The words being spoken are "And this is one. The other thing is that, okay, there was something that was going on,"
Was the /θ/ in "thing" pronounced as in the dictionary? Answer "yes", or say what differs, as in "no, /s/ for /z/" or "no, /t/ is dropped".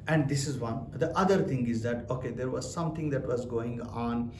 no, /t/ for /θ/